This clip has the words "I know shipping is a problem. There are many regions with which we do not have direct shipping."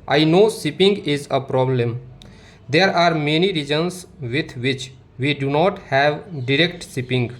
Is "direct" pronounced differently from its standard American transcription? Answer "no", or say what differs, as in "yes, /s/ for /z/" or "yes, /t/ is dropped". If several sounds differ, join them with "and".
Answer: no